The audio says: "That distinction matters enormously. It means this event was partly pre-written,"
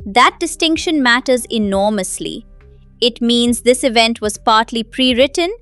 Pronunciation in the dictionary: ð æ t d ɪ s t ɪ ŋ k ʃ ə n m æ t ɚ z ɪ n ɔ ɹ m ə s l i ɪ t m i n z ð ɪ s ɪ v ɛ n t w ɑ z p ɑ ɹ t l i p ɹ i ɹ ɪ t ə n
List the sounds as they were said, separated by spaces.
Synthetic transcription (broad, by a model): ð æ t d ɪ s t ɪ ŋ k ʃ ə n m æ t ɚ z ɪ n ɔ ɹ m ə s l i ɪ t m i n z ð ɪ s ɪ v ɛ n t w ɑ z p ɑ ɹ t l i p ɹ i ɹ ɪ t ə n